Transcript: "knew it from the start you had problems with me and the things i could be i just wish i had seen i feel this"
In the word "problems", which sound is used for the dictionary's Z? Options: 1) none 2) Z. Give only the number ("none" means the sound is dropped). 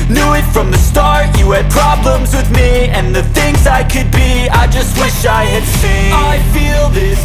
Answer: 2